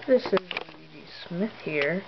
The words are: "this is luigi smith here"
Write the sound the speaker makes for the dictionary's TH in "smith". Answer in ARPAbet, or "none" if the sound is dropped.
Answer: TH